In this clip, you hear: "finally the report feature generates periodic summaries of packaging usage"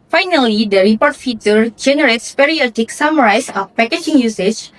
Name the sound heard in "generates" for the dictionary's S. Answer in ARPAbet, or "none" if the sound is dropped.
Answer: S